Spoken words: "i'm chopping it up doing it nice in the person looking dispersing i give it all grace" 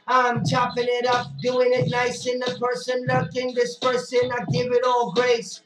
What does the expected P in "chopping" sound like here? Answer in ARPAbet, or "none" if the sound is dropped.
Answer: P